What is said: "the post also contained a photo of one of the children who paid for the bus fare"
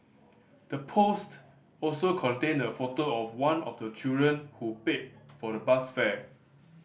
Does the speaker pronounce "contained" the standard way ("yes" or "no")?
no